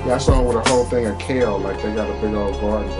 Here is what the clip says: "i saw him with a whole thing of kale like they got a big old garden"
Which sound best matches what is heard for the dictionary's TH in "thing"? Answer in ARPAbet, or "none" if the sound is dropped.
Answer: TH